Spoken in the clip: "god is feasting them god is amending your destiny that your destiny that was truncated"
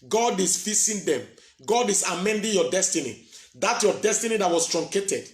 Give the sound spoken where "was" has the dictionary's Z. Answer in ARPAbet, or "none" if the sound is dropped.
S